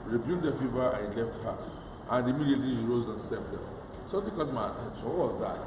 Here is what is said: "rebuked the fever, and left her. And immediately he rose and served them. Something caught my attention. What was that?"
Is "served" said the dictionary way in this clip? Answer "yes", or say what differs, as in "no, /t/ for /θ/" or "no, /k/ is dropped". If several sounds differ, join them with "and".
no, /p/ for /v/